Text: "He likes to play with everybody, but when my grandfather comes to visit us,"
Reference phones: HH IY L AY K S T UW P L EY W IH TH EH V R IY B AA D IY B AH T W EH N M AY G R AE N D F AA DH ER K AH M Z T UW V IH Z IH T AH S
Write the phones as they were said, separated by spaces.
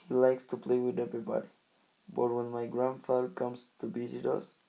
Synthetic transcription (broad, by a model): HH IY L AY K S T UW P L EY W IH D EH V R IY B AA D IY B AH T W EH N M AY G R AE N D F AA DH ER K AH M S T UW B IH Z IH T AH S